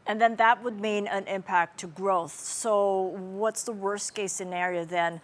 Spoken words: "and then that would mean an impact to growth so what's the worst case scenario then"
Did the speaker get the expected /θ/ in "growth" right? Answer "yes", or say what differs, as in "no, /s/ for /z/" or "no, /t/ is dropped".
yes